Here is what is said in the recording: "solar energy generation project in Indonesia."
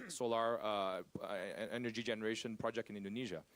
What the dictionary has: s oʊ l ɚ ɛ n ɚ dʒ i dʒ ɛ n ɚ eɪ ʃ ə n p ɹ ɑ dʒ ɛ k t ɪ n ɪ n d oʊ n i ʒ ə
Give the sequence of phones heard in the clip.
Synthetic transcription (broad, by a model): s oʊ l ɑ ɛ n ɚ dʒ i dʒ ɛ n ɚ eɪ ʃ ə n p ɹ ɑ dʒ ɛ k t ɪ n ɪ n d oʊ n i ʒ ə